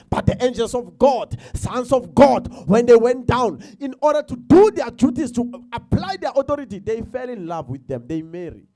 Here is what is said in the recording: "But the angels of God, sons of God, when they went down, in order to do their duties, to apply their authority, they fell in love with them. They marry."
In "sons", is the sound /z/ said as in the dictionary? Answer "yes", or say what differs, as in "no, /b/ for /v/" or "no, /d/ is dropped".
no, /s/ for /z/